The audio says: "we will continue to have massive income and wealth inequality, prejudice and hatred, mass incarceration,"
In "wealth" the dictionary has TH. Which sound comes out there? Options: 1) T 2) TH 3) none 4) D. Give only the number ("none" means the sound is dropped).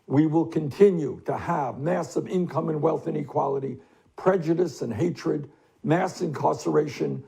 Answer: 2